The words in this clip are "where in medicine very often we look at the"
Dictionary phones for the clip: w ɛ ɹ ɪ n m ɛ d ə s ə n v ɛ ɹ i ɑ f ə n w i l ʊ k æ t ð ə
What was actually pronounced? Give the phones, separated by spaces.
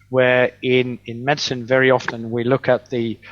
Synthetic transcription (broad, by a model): w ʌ ɹ ɪ n m ɛ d s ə n v ɛ ɹ i ɑ f ə n w i l ʊ k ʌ t ð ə